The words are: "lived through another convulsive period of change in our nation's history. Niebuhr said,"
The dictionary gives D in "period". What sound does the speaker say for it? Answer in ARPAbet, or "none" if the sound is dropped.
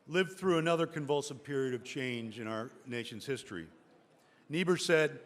D